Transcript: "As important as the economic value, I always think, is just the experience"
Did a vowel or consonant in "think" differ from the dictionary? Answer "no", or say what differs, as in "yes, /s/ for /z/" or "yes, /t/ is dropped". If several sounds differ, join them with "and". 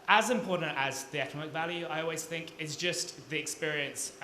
no